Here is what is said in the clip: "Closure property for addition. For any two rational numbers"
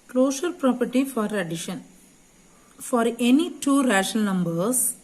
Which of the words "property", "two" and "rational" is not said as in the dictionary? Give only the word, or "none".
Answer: rational